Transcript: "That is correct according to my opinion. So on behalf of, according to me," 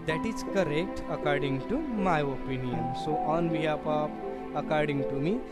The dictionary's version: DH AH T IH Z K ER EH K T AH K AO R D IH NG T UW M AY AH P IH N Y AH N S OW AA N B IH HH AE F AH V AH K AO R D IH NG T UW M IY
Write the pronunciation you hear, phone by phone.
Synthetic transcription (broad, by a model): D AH T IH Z K ER EH K T AH K AO R D IH NG T UW M AY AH P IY N Y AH N S OW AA N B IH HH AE P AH P AH K AO R D IH NG T UW M IY